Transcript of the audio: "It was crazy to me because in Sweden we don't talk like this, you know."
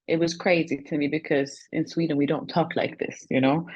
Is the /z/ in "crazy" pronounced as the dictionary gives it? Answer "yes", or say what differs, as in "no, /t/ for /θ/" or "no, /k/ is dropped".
yes